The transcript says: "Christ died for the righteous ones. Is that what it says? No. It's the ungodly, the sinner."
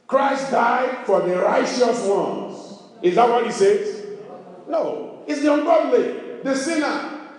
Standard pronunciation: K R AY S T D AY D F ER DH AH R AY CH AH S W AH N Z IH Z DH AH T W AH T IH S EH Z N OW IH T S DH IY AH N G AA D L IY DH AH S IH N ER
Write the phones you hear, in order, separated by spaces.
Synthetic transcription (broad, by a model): K R AY S T D AY D F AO DH AH R AY CH AH S W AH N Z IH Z DH AH T W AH T IH S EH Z N OW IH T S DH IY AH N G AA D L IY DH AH S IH N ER